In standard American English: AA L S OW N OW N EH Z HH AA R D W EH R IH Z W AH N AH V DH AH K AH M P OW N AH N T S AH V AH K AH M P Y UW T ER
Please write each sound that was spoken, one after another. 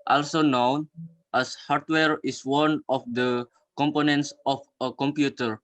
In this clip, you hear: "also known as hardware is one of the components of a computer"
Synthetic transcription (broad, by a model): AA L S OW N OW N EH S HH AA R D W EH R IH S W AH N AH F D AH K AH M P OW N AH N T S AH F AH K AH M P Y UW T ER